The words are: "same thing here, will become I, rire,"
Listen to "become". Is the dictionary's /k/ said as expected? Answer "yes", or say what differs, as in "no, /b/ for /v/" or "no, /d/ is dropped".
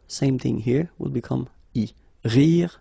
yes